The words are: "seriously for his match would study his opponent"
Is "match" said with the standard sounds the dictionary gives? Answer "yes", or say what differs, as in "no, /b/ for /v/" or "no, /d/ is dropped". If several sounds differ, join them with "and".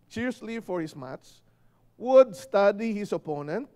no, /s/ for /tʃ/